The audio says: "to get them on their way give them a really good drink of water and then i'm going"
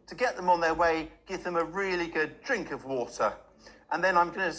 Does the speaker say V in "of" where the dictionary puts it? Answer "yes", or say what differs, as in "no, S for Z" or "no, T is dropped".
yes